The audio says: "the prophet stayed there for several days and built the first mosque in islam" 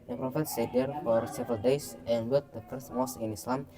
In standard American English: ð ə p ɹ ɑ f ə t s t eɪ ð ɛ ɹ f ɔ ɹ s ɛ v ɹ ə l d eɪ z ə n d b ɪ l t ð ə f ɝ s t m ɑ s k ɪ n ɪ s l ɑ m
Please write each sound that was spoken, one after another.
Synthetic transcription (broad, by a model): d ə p ɹ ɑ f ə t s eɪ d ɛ ɹ f ɔ ɹ s ɛ v ɹ ə l d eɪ s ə n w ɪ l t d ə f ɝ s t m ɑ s ɪ n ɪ s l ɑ m